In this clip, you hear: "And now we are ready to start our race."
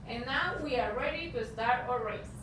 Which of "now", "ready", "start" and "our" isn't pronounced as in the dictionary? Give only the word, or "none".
none